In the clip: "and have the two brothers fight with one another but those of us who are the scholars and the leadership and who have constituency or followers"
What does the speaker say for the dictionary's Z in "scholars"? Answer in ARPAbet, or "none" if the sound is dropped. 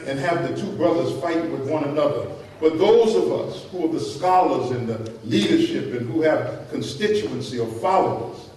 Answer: Z